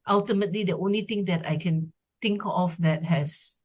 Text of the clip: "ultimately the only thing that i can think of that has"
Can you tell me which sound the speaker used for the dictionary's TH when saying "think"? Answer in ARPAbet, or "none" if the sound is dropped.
T